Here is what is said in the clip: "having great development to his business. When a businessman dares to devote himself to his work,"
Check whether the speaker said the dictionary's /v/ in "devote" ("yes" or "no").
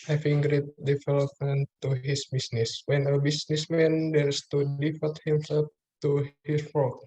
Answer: no